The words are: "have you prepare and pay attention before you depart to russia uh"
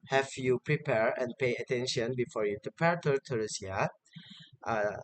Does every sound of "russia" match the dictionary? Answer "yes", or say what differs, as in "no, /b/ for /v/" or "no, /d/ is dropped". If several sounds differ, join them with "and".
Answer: no, /s/ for /ʃ/